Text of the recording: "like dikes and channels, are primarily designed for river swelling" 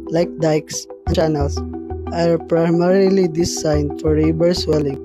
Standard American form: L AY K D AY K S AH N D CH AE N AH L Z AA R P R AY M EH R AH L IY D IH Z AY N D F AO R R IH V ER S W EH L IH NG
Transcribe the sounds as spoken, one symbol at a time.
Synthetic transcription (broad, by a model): L AY K D AY K S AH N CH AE N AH L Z AA R P R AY M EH R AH L IY D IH S AY N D F AO R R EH B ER S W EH L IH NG